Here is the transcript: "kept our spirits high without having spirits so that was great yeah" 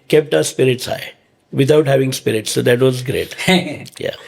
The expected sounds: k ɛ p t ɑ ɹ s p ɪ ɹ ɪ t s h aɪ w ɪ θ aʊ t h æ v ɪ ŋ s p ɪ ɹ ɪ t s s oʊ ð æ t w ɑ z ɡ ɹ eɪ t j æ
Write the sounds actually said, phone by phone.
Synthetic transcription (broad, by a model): k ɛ p t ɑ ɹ s p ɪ ɹ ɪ t s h aɪ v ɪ t aʊ t h æ v ɪ ŋ s p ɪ ɹ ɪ t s s oʊ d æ t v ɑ z ɡ ɹ eɪ t j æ